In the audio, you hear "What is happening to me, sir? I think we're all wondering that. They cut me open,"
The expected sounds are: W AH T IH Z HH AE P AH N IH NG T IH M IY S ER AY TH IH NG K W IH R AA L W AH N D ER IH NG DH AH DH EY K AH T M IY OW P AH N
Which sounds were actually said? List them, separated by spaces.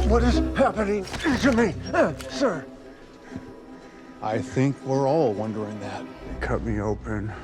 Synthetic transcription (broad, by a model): W AH T IH Z HH AE P AH N IH NG T IH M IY S ER AY TH IH NG K W IH R AA L W AH N D ER IH NG DH AH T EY K AH T M IY OW P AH N